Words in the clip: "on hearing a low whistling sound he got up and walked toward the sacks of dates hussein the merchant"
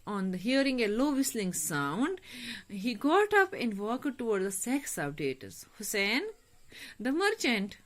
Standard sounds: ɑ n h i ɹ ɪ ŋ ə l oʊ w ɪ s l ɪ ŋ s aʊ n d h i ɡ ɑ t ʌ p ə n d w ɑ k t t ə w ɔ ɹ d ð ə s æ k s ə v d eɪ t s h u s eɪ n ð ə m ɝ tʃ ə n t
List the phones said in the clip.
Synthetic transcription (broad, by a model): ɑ n h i ɹ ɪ ŋ ə l oʊ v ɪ s l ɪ ŋ s aʊ n d h i ɡ ɑ t ʌ p ə n d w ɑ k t t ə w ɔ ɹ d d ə s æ k s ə p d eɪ t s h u s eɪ n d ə m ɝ tʃ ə n t